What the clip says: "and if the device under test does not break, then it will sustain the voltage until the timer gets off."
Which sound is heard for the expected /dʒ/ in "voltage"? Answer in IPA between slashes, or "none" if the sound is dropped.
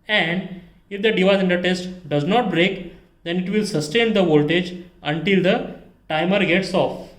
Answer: /dʒ/